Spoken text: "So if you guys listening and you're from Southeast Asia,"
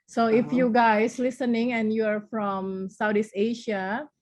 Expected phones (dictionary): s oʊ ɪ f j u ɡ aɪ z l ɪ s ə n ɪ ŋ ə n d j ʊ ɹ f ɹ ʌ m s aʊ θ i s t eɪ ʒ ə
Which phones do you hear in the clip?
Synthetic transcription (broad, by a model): s oʊ ɪ f j u ɡ aɪ s l ɪ s ə n ɪ ŋ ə n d j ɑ ɹ f ɹ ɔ m s aʊ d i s eɪ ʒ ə